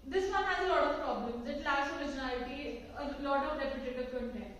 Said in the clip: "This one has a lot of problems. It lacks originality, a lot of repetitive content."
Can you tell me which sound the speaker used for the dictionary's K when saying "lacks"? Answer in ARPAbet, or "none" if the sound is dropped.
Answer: none